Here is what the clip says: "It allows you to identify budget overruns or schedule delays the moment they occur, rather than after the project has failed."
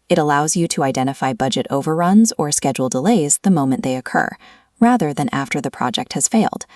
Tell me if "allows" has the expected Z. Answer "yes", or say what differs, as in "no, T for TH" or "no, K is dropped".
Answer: yes